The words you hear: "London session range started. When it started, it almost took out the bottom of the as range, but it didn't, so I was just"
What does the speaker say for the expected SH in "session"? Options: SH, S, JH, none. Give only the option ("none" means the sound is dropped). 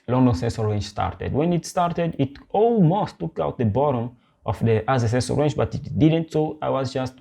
S